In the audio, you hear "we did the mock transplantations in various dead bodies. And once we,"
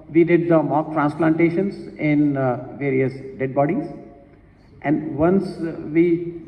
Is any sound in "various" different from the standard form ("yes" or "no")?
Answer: no